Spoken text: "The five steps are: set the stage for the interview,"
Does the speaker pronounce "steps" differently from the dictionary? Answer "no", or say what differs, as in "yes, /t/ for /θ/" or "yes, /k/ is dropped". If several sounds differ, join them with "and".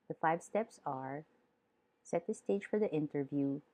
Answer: no